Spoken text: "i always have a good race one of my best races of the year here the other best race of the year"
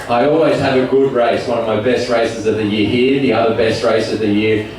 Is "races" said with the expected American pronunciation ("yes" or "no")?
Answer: yes